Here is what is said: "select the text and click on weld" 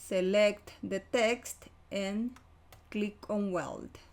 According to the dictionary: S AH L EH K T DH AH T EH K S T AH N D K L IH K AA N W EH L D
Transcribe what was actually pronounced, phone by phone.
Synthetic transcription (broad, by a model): S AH L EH K T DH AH T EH K S T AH N K L IH K AA N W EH L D